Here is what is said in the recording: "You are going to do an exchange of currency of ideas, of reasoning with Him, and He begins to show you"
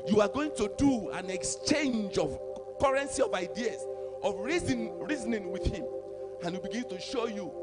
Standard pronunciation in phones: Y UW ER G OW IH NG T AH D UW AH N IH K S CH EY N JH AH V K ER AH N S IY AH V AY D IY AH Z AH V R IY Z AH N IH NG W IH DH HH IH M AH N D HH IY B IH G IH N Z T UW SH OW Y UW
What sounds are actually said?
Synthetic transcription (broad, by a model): Y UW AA G OW IH NG T AH D UW AH N IH K S CH EY N JH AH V K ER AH N S IY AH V AY D IY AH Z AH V R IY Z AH N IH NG W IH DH HH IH M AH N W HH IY B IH G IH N T UW SH OW Y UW